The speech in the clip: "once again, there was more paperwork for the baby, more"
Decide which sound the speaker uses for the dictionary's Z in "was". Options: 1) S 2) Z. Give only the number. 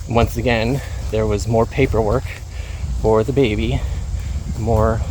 2